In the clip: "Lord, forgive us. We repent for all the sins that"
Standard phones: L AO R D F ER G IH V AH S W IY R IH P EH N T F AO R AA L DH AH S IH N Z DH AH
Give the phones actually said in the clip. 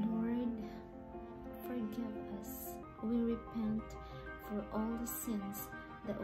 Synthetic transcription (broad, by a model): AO R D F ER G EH P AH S W IY R IH P EH N T F AO R AA L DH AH S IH N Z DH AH